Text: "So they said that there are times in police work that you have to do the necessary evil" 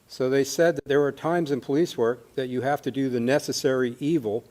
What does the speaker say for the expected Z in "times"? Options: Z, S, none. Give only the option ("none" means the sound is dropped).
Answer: Z